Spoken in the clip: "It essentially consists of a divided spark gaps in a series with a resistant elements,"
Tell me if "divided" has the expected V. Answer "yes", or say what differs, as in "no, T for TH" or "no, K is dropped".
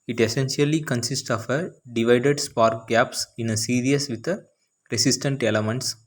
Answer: yes